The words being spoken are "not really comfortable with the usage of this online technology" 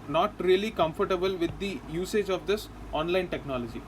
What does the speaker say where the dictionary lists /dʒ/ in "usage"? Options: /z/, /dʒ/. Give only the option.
/dʒ/